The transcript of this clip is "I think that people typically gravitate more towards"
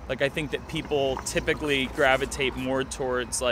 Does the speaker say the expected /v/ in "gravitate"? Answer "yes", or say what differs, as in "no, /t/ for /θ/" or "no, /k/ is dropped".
yes